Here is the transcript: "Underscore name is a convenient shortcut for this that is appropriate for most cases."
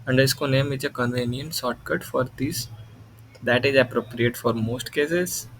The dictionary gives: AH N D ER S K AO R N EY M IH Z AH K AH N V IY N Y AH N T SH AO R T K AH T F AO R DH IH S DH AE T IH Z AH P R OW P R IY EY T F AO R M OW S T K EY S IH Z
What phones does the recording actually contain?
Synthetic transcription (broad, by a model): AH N D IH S K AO N EY M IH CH AH K AH N V IY N Y AH N T S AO T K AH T F AO R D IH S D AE T IH Z AH P R OW P R IY EY T F AO R M OW S T K EY S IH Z